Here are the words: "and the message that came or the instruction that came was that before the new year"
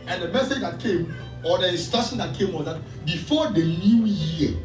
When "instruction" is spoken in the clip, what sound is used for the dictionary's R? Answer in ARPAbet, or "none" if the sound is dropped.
none